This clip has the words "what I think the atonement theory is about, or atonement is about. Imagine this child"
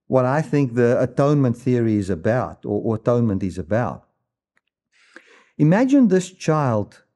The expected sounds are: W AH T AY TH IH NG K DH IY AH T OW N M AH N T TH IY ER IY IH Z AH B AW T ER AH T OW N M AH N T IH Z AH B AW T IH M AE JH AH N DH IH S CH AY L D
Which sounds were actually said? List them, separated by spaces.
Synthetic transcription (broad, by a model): W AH T AY TH IH NG K DH IY AH T OW N M AH N T TH IY ER IY IH Z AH B AW T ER AH T OW N M AH N T IH Z AH B AW T IH M AE JH AH N DH IH S CH AY L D